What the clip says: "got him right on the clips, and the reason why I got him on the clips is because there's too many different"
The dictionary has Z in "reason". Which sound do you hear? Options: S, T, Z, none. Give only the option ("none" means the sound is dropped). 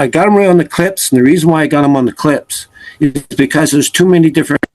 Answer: Z